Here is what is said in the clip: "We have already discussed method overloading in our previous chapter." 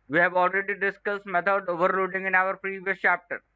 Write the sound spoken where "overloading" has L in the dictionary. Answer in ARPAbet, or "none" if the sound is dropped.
none